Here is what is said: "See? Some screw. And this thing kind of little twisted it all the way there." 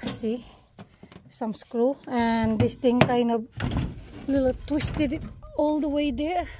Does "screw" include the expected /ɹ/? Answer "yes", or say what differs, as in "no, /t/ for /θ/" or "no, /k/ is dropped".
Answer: yes